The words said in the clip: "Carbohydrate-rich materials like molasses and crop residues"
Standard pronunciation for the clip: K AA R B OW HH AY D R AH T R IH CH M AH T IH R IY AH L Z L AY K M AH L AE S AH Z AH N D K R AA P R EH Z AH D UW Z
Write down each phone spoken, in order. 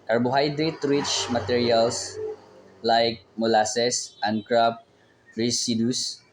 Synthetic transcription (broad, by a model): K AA R B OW HH AY D R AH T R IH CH M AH T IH R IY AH L S L AY K M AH L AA S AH S AH N D K R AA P R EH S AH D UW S